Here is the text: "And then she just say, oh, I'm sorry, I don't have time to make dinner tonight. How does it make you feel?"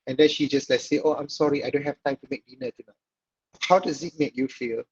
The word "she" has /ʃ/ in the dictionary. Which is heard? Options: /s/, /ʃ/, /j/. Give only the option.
/ʃ/